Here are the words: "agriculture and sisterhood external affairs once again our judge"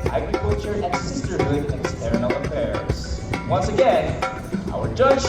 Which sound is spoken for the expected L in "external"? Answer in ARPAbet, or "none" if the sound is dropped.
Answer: N